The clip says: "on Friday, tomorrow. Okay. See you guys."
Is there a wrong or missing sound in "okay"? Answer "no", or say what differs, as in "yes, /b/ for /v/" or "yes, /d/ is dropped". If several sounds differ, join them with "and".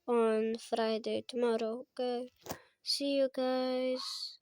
yes, /k/ is dropped